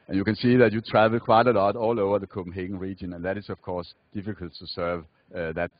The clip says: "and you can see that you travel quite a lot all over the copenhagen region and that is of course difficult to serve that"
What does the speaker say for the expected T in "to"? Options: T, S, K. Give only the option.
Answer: T